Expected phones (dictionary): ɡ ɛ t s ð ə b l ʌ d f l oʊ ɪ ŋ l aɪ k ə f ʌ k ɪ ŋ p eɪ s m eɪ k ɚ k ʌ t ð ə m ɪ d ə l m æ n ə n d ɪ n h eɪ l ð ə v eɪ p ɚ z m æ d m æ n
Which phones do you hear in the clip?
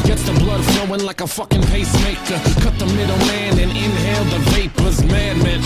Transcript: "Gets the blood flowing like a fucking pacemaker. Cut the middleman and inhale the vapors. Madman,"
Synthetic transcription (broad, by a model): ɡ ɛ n s ð ə b l ʌ d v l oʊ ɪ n l aɪ k ə f ʌ k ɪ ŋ p eɪ s m eɪ k ɚ k ʌ t ð ə m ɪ d l m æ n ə n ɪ n h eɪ l ð ə v eɪ p ɚ z m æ d m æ n